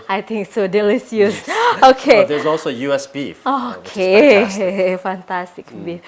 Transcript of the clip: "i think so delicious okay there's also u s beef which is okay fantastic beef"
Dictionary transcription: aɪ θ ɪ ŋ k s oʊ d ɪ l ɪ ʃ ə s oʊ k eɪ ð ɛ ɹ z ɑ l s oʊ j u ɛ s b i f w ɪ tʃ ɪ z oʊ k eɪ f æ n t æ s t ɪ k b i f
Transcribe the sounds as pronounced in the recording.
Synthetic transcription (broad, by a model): aɪ t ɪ ŋ k s oʊ d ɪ l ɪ s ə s oʊ k eɪ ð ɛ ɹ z ɑ l s oʊ j u ɛ s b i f oʊ k eɪ f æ n t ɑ s t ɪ k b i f